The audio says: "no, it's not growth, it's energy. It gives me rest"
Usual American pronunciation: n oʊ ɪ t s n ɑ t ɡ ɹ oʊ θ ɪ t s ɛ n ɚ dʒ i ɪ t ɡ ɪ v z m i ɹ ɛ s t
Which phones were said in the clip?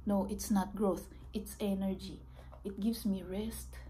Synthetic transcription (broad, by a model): n oʊ ɪ t s n ɑ t ɡ ɹ oʊ θ ɪ t s ɛ n ɚ dʒ i ɪ t ɡ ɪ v s m i ɹ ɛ s t